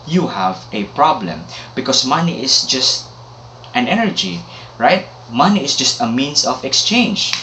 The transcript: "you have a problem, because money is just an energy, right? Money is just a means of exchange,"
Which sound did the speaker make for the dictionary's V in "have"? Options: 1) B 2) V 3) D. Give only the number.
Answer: 2